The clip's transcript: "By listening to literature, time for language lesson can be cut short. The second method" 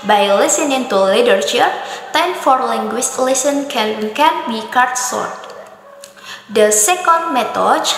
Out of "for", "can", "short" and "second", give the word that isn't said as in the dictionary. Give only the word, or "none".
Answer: short